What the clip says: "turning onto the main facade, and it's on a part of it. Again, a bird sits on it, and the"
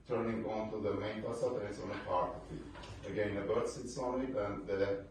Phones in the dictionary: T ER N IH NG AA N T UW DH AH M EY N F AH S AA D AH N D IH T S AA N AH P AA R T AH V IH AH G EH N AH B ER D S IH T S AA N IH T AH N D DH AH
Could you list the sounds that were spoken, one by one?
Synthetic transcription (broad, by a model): T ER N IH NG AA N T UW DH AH M EY N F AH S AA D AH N IH T S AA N AH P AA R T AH F IH AH G EH N AH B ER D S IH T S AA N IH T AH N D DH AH